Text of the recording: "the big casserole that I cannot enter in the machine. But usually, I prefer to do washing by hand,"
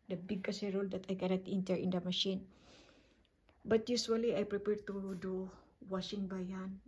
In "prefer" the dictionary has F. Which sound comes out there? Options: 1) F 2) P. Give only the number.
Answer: 2